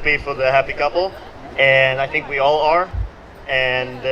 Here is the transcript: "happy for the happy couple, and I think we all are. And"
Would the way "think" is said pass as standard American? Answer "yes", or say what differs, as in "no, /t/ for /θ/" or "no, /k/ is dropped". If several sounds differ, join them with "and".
yes